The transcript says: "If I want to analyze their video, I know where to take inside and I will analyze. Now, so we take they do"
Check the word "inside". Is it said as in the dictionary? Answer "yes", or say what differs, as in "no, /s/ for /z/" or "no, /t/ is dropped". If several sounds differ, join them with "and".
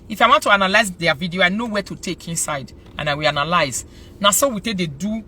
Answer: yes